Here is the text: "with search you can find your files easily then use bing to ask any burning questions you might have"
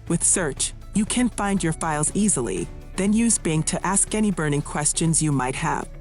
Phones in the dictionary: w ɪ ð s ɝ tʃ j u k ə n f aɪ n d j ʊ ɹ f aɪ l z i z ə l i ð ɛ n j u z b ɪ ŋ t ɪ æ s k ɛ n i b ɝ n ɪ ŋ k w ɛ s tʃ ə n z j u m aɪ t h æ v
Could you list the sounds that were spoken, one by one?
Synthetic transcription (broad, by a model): w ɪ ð s ɝ tʃ j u k ə n f aɪ n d j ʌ ɹ f aɪ l z i z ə l i ð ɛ n j u z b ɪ ŋ t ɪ æ s k ɛ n i b ɝ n ɪ ŋ k w ɛ s tʃ ə n z j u m aɪ t h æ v